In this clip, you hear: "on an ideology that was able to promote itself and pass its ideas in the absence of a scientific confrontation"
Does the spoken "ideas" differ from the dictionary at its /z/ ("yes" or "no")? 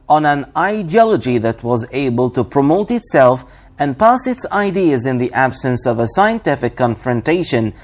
no